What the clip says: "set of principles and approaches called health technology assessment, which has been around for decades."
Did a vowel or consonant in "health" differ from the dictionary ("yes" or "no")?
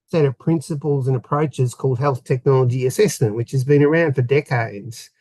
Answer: no